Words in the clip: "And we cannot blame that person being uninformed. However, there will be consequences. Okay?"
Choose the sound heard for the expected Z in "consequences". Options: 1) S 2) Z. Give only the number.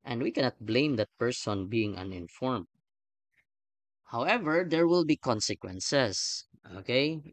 1